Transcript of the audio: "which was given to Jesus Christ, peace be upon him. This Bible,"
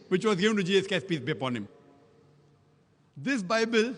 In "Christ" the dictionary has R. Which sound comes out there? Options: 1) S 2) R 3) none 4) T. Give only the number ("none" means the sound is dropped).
3